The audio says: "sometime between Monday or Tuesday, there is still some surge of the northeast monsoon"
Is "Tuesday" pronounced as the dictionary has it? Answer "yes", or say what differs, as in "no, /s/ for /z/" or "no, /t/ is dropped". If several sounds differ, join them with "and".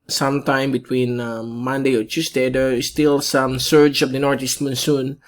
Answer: no, /s/ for /z/